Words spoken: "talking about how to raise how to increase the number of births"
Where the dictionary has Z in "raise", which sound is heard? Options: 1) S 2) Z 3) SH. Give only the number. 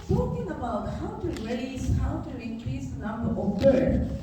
1